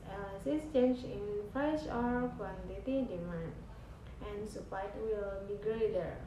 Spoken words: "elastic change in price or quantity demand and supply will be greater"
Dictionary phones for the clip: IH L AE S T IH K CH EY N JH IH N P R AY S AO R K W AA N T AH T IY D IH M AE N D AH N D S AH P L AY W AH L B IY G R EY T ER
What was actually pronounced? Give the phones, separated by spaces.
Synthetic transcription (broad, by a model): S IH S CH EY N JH IH N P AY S AO R K W AA N T AH T IY D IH M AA N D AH N S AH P AY W AH L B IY G R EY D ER